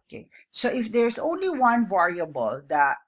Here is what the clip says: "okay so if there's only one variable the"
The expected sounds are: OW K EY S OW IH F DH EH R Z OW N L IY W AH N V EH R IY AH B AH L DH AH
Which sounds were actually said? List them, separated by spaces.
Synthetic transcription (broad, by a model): K EY S OW IH F DH EH R Z OW N L IY W AH N V EH R IY AH B AH L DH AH